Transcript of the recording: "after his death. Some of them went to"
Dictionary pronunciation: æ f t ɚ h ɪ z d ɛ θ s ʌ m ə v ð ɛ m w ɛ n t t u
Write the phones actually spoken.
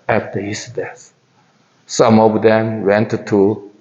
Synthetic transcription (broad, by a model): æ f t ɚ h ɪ s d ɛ s s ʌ m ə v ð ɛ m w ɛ n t t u